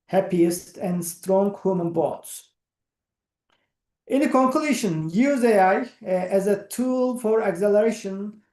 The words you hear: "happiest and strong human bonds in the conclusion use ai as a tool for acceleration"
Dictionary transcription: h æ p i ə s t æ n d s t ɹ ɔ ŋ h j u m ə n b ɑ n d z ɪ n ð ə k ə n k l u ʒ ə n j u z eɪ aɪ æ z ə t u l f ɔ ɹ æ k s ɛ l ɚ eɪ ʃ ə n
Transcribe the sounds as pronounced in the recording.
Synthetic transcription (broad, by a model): h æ p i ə s t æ n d s t ɹ ɔ ŋ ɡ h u m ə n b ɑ d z ɪ n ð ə k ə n k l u ʃ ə n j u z eɪ aɪ æ z ə t u l f ɔ ɹ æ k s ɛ l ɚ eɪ ʃ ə n